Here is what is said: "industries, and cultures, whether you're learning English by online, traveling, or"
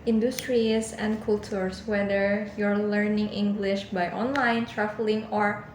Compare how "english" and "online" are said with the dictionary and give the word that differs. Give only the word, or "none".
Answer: none